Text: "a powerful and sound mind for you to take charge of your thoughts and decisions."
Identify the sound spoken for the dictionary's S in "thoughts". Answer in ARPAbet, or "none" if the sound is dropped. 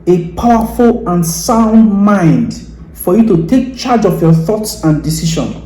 S